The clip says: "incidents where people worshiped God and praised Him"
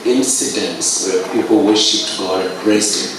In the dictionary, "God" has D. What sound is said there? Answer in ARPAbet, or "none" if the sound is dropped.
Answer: none